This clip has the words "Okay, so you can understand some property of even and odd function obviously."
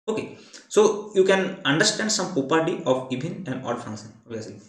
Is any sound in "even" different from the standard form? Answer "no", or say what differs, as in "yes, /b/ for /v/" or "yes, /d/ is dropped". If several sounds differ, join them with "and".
yes, /b/ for /v/